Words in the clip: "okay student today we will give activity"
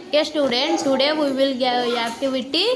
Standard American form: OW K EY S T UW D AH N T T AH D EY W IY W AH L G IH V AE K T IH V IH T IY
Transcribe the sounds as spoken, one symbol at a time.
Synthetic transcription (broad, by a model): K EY S T UW D AH N T S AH D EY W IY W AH L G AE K T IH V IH T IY